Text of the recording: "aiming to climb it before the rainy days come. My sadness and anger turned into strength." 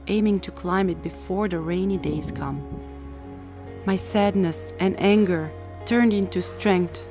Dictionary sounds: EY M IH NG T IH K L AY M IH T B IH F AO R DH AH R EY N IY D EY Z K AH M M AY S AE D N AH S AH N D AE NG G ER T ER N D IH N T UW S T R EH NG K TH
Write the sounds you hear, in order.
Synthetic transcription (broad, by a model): EY M IH NG T IH K L AY M IH T B IH F AO R DH AH R EY N IY D EY Z K AH M M AY S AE D N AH S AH N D AE NG G ER T ER N D IH N T UW S T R EH NG K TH